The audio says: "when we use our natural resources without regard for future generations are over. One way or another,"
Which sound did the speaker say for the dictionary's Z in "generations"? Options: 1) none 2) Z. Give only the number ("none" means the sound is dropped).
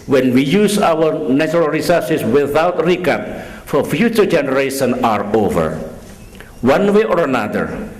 1